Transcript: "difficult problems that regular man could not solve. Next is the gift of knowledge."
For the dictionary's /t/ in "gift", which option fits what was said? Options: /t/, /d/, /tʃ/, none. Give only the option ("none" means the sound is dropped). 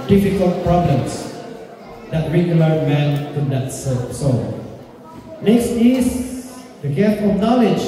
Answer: none